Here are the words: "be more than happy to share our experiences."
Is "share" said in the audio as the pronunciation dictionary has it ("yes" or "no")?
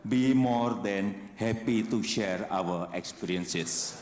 yes